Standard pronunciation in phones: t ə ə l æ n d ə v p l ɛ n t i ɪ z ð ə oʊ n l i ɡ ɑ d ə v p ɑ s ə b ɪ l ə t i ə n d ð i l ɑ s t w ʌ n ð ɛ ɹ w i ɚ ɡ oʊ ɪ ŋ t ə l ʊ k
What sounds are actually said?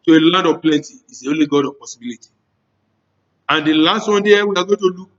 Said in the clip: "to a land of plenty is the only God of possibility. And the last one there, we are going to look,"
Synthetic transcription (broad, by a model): t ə ə l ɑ n d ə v p l ɛ n t i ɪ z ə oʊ l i ɡ ɑ d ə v p ɑ s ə b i l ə t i ə n d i l ɑ s t w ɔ n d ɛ w i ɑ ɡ oʊ t ə l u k